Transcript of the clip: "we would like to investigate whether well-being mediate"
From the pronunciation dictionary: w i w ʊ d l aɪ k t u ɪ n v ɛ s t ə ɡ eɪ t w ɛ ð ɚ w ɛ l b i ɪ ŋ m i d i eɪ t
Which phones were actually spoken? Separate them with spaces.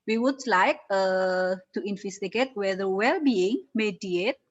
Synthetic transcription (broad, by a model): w i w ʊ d l aɪ k t u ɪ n f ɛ s t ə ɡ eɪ t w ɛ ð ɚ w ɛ l b i ɪ ŋ m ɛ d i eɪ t